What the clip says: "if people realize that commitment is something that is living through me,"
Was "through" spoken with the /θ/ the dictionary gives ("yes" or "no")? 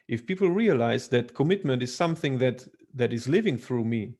yes